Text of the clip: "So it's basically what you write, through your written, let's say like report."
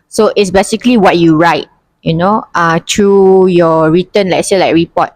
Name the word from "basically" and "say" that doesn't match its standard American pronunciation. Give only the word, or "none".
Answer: none